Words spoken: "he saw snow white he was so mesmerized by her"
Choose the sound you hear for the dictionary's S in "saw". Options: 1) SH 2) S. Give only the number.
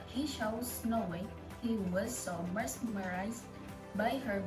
1